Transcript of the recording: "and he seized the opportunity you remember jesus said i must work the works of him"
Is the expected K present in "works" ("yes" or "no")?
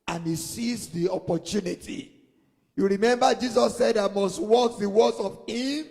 no